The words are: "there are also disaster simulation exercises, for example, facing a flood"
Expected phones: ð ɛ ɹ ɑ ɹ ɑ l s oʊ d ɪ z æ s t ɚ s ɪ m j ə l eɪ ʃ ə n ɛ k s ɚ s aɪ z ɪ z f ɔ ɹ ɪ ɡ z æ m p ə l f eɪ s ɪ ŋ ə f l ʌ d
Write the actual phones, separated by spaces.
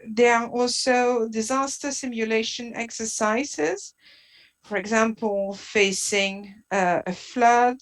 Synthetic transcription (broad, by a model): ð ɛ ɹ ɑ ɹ ɑ l s oʊ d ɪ z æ s t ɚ s ɪ m j ə l eɪ ʃ ə n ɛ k s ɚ s aɪ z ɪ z f ɔ ɹ ɪ ɡ z æ m p ə l f eɪ s ɪ ŋ ə f l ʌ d